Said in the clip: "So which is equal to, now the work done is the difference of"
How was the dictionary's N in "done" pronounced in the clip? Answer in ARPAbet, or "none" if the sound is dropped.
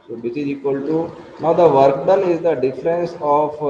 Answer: L